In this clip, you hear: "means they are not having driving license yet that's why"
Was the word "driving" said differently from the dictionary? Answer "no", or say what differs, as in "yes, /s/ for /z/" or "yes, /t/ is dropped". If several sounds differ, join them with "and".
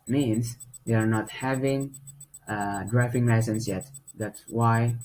yes, /f/ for /v/